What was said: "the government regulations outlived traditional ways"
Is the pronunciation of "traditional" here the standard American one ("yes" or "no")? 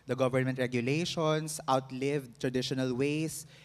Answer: yes